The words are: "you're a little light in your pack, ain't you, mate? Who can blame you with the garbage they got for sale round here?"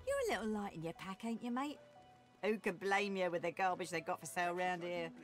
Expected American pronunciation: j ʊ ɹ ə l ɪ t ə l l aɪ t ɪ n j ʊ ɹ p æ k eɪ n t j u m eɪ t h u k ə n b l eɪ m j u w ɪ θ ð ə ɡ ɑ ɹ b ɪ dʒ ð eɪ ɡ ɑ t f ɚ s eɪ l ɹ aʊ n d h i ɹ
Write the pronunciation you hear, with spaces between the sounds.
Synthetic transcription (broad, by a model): j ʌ ɹ ə l ɪ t l l aɪ t ɪ n j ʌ p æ k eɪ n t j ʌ m eɪ t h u k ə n b l eɪ m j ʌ w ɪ ð ə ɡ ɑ l b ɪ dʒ ð eɪ ɡ ɑ t f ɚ s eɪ l ɹ aʊ n d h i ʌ